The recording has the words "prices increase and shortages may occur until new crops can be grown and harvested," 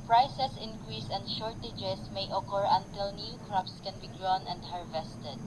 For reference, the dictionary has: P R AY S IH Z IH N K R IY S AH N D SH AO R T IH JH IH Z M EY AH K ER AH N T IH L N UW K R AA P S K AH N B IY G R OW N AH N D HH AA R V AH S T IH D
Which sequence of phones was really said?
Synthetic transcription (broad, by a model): P R AY S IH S IH N K R IY S AH N D SH AO R T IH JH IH S M EY AH K ER AH N T IH L N UW K R AA P S K AH N B IY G R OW N AH N D HH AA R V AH S T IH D